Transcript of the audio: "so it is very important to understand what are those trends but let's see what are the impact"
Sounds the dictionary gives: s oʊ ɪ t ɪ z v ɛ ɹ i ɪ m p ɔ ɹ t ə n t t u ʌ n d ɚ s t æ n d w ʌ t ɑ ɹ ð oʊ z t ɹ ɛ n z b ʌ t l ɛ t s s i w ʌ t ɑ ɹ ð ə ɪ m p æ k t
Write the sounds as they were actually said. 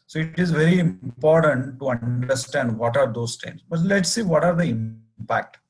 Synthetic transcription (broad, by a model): s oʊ ɪ t ɪ z v ɛ ɹ i ɪ m p ɔ ɹ t ə n t t u ʌ n d ɚ s t æ n d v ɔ t ɑ ɹ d oʊ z t ɛ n s b ʌ t l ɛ t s s i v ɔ t ɑ ɹ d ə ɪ m p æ k t